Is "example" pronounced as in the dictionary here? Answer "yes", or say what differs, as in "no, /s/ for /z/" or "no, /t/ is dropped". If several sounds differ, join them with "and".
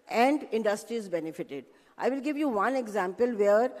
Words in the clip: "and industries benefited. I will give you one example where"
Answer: yes